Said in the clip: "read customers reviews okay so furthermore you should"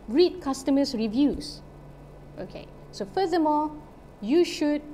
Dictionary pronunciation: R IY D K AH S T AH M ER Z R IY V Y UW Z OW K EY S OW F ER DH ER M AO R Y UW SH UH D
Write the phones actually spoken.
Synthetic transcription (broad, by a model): R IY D K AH S T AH M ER S R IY V Y UW S OW K EY S OW F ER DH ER M AO L Y UW SH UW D